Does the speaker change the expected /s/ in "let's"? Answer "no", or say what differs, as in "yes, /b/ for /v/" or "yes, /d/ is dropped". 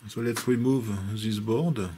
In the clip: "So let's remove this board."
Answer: yes, /s/ is dropped